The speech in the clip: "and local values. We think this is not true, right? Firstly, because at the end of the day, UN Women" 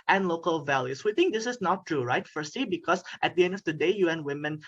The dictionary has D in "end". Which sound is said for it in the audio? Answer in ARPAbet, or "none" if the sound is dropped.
D